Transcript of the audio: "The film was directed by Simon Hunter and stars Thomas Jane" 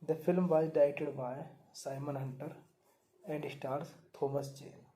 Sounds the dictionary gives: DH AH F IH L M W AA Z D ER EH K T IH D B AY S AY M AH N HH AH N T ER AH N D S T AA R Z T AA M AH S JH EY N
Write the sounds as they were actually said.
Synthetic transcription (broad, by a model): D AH F IH L M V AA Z D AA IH T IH D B AY S AY M AH N HH AH N T ER AH N D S T AA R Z T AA M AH S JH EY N